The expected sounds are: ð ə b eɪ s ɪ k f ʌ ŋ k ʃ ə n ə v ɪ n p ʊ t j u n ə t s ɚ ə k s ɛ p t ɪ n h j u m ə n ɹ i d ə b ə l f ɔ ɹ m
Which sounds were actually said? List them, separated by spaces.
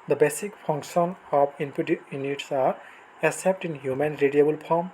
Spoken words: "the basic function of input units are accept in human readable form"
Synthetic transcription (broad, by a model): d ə b eɪ s ɪ k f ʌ ŋ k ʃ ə n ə p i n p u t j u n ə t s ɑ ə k s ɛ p t ɪ n h j u m ə n ɹ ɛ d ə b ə l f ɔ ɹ m